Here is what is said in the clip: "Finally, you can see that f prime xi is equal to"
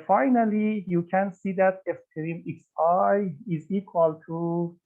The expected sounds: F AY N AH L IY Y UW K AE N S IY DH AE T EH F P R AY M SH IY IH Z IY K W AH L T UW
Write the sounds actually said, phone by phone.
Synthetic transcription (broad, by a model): F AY N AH L IY Y UW K AE N S IY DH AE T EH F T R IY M S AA IH Z IY K W AH L T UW